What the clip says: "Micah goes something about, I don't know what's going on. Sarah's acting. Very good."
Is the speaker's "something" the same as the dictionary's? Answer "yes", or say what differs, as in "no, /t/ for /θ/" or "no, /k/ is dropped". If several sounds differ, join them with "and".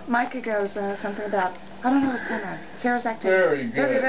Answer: yes